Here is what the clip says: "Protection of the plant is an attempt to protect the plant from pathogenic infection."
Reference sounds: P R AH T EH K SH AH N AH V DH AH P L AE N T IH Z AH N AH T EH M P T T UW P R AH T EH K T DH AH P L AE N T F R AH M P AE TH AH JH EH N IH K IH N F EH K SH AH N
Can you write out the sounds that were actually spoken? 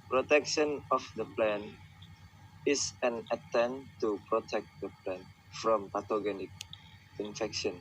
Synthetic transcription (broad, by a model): P R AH T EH K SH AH N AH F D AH P L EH N IH S AH N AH T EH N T T UW P R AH T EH K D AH P L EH N F R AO M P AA T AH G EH N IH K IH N F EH K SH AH N